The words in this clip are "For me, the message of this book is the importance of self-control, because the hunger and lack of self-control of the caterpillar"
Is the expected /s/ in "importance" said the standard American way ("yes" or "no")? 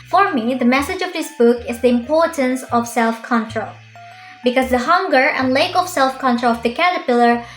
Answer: yes